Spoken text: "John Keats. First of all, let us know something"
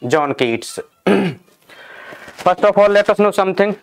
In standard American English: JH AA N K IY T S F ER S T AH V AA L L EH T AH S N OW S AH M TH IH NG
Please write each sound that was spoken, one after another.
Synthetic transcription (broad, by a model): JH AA N K IY T S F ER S T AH P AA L L EH T AH S N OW S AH M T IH NG